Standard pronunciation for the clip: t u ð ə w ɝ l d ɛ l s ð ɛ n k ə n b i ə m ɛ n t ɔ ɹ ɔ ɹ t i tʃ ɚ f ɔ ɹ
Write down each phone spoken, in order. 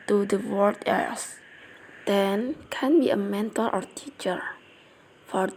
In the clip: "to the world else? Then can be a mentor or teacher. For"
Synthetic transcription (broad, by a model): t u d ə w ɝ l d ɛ s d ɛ n k ə n b i ə m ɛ n t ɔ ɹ ɔ ɹ t i tʃ ɚ f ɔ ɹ